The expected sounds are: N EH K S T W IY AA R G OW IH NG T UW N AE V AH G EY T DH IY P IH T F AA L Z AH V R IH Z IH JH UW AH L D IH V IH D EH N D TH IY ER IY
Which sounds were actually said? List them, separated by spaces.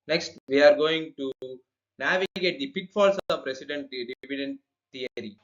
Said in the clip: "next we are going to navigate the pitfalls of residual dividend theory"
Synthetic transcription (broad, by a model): N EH K S T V IY AA R G OW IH NG T UW N AE V AH G EY T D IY P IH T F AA L S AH P R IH S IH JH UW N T D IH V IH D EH N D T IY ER IY